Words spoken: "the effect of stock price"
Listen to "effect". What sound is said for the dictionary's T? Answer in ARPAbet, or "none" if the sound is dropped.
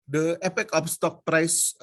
none